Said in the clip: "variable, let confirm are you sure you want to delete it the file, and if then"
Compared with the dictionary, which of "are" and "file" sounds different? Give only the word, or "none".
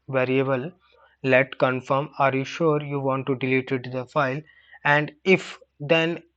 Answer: none